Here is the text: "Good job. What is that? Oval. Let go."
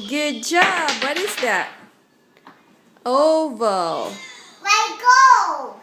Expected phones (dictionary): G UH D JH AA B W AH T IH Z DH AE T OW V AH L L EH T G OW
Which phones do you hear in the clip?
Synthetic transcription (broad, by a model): G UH D JH AA B W AH T IH Z DH AE T OW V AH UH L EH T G OW